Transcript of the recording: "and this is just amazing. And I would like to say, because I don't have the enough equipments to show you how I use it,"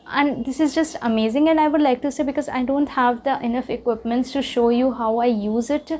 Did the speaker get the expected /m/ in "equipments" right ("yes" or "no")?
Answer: yes